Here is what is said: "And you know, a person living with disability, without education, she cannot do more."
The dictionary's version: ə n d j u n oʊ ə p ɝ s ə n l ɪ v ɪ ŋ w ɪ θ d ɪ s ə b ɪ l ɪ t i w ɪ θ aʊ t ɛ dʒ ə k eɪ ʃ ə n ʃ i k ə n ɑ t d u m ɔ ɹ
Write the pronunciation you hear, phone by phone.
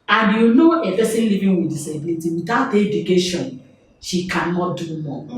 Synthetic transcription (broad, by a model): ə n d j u n oʊ ə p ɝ s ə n l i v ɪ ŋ w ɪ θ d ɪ s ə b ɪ l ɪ t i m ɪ t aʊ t ɛ dʒ ə k eɪ ʃ ə n ʃ i k ə n ɑ t d u m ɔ